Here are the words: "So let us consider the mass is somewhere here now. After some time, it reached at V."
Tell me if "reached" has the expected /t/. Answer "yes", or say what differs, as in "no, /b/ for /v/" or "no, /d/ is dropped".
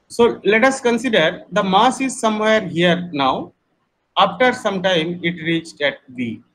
yes